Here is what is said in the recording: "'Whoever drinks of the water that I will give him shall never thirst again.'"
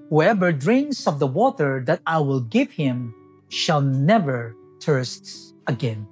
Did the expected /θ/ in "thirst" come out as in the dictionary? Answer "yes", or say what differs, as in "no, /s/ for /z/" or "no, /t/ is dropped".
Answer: no, /t/ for /θ/